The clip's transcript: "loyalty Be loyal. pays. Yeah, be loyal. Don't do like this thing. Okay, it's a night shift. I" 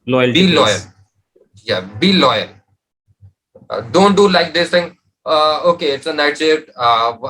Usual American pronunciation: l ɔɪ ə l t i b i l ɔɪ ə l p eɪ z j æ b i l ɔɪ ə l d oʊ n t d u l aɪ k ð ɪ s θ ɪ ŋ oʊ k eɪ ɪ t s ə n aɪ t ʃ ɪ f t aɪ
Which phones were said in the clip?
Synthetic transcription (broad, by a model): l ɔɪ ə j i b i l ɔɪ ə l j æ b i l ɔɪ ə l d oʊ n t d u l aɪ k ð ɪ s t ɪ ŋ oʊ k eɪ ɪ t s ə n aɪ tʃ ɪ t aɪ